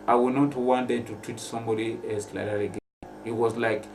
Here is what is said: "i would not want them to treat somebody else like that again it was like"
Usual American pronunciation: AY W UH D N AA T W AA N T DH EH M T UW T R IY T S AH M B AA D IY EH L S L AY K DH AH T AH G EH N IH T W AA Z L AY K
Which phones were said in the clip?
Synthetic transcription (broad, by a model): AY W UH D N AA T W AA N T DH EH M T UW T R IY T S AH M B AA D IY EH S L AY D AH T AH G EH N IH T W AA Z L AY K